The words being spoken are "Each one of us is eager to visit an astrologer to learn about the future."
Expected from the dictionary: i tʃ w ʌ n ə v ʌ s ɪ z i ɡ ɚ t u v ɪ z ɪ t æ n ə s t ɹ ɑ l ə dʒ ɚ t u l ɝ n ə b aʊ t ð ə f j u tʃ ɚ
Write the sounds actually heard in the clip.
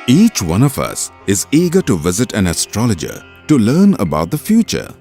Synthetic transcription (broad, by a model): i tʃ w ʌ n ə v ʌ s ɪ z i ɡ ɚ t u v ɪ z ɪ t æ n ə s t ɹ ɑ l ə dʒ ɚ t u l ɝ n ə b aʊ t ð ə f j u tʃ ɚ